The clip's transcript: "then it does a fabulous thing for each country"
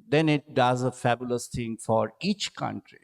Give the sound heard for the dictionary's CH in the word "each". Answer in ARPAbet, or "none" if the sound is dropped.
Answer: CH